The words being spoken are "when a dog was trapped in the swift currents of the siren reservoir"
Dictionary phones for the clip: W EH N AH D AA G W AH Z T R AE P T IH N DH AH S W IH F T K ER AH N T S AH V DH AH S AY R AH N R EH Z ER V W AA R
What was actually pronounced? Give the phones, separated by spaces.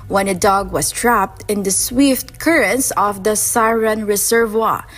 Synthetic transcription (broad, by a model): W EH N AH D AA G W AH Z T R AE P T IH N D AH S W IH F T K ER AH N S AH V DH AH S AY R AH N R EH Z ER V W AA